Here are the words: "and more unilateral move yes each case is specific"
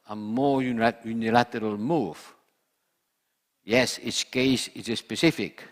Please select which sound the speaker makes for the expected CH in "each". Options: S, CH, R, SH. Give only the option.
S